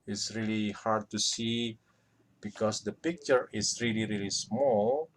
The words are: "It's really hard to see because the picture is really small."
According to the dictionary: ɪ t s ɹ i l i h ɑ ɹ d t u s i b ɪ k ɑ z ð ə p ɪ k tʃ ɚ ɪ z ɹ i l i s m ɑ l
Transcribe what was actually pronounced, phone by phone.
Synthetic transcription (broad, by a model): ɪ t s ɹ i l i h ɑ ɹ d t u s i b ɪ k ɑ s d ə p ɪ k tʃ ɚ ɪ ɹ ɹ i l i s m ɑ l